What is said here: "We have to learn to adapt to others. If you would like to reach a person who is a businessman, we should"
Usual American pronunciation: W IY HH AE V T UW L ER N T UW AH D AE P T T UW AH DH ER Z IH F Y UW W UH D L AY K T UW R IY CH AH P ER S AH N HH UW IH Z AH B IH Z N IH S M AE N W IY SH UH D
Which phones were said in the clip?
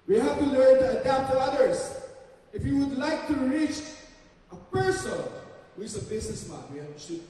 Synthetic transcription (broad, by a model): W IY HH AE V T UW L ER N T UW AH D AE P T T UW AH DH ER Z IH F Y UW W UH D L AY K T UW R IY CH AH P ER S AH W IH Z AH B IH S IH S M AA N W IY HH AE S